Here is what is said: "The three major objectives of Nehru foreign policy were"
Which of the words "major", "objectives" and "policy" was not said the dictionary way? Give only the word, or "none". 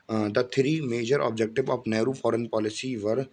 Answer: objectives